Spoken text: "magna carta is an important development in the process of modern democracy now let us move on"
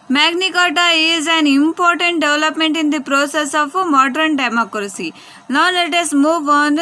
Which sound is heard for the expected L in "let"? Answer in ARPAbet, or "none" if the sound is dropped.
N